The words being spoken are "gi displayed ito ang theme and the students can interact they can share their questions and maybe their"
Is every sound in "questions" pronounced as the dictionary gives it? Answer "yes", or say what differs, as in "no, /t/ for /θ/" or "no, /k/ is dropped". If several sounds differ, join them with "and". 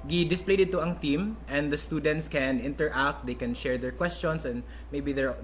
no, /s/ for /z/